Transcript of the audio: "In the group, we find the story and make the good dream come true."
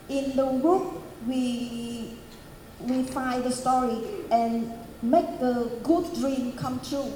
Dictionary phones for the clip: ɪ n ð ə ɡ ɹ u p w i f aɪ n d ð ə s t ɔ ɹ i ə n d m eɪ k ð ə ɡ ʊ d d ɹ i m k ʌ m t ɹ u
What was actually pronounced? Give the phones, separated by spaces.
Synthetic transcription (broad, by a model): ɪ n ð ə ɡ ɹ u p w i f aɪ d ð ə s t ɔ ɹ i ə n m eɪ k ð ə ɡ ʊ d d ɹ i m k ʌ m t ɹ u